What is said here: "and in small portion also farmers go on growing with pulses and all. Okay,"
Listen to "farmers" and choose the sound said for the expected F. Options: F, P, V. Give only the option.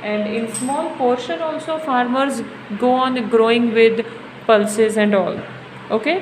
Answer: F